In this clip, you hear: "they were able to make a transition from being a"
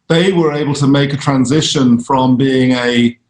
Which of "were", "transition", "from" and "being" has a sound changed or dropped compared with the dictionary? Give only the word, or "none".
none